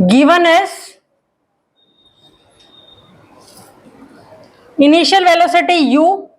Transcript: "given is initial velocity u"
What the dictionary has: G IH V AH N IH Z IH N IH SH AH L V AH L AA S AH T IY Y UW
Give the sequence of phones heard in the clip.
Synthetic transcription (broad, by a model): G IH V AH N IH S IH N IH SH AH L V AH L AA S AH T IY Y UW